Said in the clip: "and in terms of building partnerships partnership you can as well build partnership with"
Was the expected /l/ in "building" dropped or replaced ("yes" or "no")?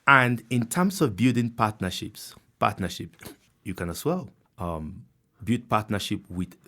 yes